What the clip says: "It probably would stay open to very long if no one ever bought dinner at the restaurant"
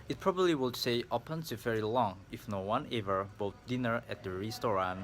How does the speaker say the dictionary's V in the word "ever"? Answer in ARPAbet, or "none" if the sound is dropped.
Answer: V